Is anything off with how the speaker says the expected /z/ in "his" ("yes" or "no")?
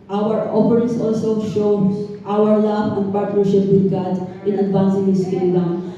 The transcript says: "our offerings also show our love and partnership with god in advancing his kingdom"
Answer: yes